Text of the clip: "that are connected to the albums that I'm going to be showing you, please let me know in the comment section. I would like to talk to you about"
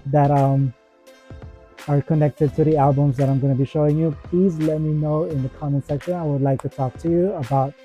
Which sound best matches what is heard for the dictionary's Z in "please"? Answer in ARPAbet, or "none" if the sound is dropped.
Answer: Z